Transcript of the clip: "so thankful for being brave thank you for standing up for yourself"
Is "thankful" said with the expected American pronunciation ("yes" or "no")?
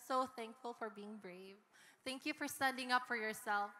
yes